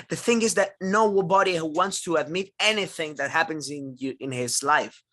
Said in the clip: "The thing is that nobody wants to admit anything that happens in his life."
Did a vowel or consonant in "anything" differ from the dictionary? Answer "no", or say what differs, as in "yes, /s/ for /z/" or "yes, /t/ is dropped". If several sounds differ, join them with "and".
no